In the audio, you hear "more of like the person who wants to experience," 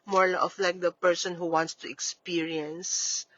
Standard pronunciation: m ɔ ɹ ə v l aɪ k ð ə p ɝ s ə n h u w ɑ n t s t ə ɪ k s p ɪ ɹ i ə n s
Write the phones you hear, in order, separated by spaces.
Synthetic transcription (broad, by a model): m ɔ ɹ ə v l aɪ k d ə p ɝ s ə n h u w ɑ n t s t ə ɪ k s p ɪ ɹ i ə n s